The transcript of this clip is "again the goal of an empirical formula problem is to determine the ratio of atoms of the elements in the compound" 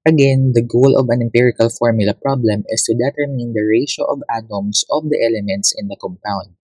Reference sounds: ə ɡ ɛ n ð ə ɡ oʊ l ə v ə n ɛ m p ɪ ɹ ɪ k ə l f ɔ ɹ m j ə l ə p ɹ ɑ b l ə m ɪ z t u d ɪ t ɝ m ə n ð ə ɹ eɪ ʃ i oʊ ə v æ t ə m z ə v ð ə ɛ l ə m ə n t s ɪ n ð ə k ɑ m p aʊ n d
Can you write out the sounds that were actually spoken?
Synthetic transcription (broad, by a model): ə ɡ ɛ n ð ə ɡ oʊ l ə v ə n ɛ m p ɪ ɹ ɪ k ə l f ɔ ɹ m j ə l ə p ɹ ɑ b l ə m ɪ s t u d ɪ t ɝ m ə n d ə ɹ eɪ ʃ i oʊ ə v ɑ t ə m s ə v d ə ɛ l ə m ə n t s ɪ n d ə k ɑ m p aʊ n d